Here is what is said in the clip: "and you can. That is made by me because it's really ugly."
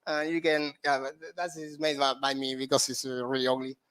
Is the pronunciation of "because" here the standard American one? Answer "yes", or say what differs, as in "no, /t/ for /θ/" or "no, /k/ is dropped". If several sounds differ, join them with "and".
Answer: no, /s/ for /z/